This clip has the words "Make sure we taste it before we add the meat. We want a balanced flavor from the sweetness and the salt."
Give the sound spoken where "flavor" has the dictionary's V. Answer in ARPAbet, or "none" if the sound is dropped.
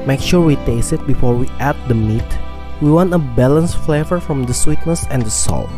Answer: V